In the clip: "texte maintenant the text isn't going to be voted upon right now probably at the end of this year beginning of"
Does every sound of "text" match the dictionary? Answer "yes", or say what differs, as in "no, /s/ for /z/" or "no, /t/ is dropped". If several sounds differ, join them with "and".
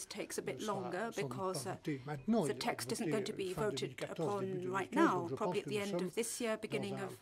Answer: yes